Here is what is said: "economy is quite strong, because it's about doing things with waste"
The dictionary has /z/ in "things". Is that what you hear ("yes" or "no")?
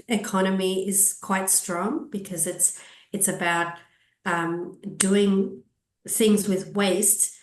yes